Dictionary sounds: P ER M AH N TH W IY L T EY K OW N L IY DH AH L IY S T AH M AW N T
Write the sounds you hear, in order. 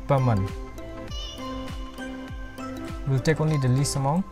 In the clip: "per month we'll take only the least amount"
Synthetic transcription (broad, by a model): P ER M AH N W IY L T EY K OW N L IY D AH L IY S AH M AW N